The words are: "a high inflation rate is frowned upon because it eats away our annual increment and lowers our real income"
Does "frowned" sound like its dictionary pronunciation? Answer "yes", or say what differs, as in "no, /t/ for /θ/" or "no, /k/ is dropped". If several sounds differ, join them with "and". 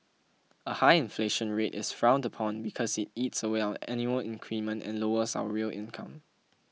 yes